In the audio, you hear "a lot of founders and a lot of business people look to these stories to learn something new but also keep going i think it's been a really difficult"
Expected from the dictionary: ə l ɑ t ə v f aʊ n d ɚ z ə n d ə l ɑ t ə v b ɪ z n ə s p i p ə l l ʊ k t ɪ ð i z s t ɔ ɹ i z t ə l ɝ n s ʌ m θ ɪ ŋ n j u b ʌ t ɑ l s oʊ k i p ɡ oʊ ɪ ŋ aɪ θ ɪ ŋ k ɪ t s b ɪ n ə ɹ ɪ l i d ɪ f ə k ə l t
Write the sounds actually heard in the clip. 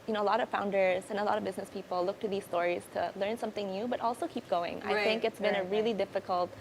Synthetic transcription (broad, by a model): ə l ɑ t ə v f aʊ n d ɚ z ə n ə l ɑ t ə v b ɪ z n ə s p i p l l ʊ k t ɪ ð i z s t ɔ ɹ i z t ə l ɝ n s ʌ m θ ɪ ŋ n j u b ʌ t ɑ l s oʊ k i p ɡ oʊ ɪ ŋ aɪ θ ɪ ŋ k ɪ t s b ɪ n ə ɹ ɪ l i d ɪ f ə k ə l t